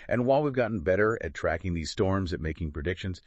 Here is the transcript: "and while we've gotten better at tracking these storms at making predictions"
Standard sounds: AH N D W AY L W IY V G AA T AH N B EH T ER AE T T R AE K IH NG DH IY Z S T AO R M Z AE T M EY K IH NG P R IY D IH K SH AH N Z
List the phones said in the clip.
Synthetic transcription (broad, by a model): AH N W AY L W IY V G AA T N B EH T ER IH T T R AE K IH NG DH IY Z S T AO R M Z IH T M EY K IH NG P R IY D IH K SH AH N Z